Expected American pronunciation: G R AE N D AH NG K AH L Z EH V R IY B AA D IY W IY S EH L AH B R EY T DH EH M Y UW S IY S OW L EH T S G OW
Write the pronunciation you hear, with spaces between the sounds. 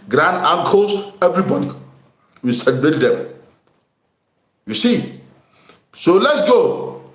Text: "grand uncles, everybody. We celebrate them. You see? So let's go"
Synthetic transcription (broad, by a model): G R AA N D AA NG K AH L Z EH V R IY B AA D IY W IY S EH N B EY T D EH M Y UW S IY S OW L EH T S G OW